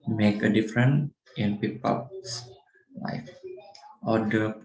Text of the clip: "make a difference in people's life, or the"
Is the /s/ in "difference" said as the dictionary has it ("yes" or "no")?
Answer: no